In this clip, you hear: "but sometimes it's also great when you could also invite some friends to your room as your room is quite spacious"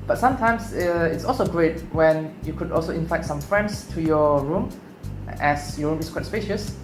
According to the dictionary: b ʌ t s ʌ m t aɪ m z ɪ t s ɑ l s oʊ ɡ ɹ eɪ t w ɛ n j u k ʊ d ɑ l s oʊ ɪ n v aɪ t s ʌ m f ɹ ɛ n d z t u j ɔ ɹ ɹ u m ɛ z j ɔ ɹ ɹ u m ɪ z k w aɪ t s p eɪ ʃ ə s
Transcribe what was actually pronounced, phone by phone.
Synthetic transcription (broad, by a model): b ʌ t s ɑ m t aɪ m s ɪ t s ɑ l s oʊ ɡ ɹ eɪ t w ɛ n j u k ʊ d ɑ l s oʊ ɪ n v aɪ t s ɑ m f ɹ ɛ n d s t u j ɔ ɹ ɹ u m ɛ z j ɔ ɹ ɹ u m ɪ s k w aɪ t s p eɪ ʃ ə s